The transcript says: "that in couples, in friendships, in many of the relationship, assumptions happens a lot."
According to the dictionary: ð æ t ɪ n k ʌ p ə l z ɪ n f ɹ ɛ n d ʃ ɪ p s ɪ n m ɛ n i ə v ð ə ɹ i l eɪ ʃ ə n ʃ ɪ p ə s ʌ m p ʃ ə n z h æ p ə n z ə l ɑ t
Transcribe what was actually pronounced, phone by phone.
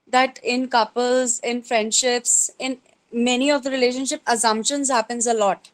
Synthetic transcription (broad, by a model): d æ t ɪ n k ʌ p ə l z ɪ n f ɹ ɛ n d ʃ ɪ p s ɪ n m ɛ n i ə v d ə ɹ i l eɪ ʃ ə n ʃ ɪ p ə s ʌ m p ʃ ə n z h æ p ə n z ə l ɑ t